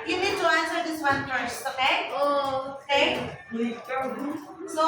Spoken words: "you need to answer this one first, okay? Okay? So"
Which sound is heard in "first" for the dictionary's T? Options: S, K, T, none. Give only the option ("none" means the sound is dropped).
none